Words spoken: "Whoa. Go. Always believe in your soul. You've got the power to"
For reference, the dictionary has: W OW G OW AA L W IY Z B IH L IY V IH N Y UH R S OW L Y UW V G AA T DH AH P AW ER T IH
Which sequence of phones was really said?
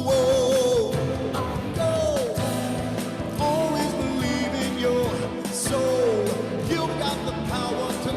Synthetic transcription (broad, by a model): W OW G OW AA L W IY Z B IH L IY V IH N Y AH R S OW L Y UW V G AA T DH AH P AW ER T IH